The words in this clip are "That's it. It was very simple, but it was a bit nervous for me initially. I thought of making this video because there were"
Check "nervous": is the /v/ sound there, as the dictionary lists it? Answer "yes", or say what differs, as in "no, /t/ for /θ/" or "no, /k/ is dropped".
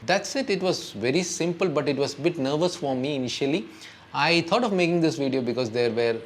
yes